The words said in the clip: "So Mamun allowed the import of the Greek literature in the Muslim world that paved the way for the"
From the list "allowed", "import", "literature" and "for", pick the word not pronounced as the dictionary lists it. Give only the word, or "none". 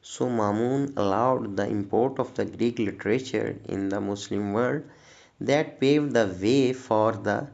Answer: none